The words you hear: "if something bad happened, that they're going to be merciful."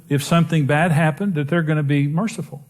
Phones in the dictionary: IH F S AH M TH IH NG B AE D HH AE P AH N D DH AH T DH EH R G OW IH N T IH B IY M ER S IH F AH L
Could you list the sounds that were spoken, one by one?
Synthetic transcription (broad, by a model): IH F S AH M TH IH NG B AE D HH AE P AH N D DH AH T DH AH R G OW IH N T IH B IY M ER S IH F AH L